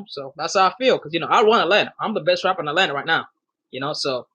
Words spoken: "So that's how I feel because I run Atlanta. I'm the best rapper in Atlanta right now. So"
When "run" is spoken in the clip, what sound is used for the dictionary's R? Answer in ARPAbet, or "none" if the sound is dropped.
W